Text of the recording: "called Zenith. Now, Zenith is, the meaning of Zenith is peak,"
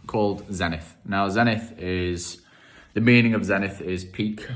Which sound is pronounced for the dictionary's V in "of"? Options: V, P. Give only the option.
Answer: V